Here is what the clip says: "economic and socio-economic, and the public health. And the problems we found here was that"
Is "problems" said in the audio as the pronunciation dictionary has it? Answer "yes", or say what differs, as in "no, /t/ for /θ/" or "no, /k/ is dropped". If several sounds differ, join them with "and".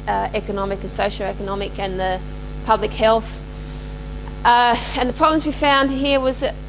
yes